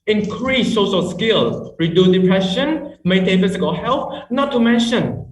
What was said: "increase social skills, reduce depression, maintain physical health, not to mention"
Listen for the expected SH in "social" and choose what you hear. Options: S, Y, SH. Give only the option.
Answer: S